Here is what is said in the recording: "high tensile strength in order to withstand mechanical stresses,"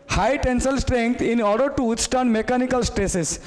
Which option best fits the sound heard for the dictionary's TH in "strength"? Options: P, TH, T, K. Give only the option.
T